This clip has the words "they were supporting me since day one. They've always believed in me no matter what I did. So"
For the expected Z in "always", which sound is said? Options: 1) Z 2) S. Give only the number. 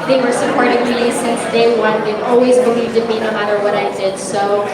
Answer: 1